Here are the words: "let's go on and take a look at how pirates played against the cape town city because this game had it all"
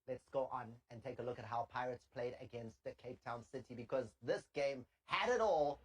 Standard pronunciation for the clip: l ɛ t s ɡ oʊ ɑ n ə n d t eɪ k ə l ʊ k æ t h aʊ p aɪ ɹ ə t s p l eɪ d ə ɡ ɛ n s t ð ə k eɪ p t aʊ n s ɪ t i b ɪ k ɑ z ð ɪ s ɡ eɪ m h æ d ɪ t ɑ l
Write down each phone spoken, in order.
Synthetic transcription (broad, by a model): l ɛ t s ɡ oʊ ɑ n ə n t eɪ k ə l ʊ k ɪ t h aʊ p aɪ ɹ ə t s p l eɪ d ə ɡ ɛ n s t ð ə k eɪ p t aʊ n s ɪ t i b ɪ k ɑ z ð ɪ s ɡ eɪ m h æ d ɪ t ɑ l